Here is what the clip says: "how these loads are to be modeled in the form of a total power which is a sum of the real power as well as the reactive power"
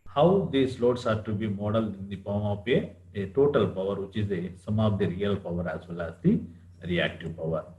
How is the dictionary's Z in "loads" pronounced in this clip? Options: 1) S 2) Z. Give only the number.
1